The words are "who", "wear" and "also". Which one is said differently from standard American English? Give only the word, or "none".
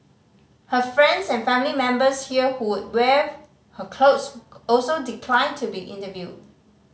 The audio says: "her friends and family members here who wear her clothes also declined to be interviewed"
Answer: wear